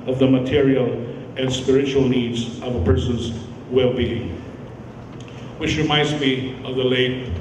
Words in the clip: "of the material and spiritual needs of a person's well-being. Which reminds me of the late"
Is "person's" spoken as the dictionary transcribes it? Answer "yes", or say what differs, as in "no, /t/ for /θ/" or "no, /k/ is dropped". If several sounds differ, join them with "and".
yes